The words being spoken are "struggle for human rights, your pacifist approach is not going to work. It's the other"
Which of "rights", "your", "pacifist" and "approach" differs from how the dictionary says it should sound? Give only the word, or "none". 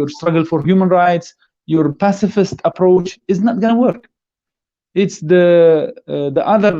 none